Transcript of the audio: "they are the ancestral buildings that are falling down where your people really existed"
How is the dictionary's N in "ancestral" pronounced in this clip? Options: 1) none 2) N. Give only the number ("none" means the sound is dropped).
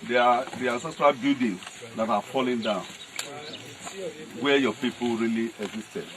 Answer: 1